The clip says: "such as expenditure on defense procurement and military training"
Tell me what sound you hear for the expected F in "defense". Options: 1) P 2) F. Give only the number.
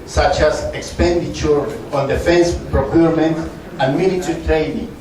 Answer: 2